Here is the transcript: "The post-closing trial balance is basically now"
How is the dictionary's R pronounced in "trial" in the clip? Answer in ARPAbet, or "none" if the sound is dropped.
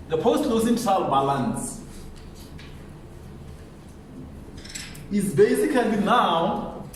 none